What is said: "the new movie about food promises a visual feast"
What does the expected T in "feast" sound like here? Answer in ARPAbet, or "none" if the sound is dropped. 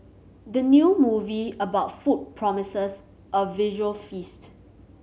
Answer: T